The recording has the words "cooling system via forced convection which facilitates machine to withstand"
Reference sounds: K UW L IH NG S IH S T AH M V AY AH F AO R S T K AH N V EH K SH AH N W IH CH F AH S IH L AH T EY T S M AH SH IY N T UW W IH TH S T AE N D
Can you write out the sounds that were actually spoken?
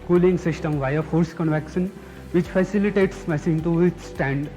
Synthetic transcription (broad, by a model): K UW L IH NG S IH S T AH M V AY AH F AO R S K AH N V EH K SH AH N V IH CH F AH S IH L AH T EY T S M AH S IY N T UW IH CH S T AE N D